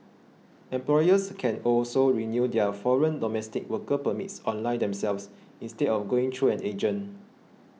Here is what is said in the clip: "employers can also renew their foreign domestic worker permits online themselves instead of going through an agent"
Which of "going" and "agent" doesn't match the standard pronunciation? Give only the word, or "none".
agent